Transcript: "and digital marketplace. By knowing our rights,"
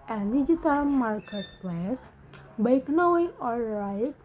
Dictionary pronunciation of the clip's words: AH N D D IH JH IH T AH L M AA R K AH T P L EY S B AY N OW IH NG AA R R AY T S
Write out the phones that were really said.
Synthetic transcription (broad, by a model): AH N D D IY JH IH T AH L M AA R K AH T P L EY S B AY N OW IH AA L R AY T